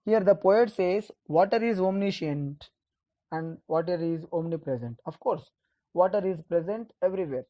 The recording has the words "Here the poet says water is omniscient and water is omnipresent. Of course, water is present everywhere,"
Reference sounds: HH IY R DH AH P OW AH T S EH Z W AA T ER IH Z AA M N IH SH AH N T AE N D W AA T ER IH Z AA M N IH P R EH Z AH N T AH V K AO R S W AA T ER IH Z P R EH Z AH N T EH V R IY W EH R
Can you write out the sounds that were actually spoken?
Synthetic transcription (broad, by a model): HH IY R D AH P OW AH T S EH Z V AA T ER IH Z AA M N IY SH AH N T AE N D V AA T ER IH Z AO M N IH P R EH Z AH N T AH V K AO R S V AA T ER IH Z P R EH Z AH N T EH V R IY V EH R